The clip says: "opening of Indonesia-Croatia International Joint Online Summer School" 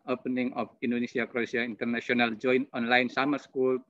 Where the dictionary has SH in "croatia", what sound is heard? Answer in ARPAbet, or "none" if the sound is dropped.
S